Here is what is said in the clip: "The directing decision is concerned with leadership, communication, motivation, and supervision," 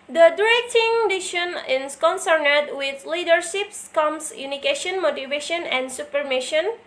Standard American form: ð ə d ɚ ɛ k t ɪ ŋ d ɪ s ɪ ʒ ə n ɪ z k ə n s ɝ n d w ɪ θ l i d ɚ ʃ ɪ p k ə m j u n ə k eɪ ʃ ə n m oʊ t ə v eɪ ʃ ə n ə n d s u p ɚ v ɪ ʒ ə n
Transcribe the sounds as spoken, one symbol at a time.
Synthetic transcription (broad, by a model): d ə d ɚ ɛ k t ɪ ŋ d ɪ ʃ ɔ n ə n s k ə n s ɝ n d w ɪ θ l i d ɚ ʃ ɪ p k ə m j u n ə k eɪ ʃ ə n m oʊ t ə v eɪ ʃ ə n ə n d s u p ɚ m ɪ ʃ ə n